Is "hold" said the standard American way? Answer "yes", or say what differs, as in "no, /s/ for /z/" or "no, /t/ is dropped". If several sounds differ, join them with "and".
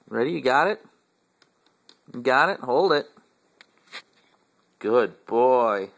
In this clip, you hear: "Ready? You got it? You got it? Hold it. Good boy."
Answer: yes